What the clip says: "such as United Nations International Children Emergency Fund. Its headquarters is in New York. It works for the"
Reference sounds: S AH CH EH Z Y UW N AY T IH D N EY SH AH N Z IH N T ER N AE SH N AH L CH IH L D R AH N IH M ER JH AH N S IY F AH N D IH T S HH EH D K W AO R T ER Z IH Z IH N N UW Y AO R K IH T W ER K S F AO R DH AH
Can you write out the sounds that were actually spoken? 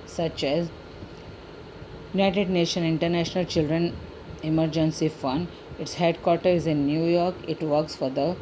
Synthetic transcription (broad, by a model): S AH CH EH Z Y UW N AY T IH D N EY SH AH N IH N T ER N AE SH N AH L CH IH L D R AH N IH M ER JH AH N S IY F AH N D IH T S HH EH D K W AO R T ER IH Z IH N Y UW Y AO R K IH T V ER K S F AO R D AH